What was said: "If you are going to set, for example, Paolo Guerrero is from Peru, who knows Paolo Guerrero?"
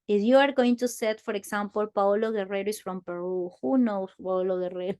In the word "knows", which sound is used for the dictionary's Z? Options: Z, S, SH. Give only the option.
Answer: S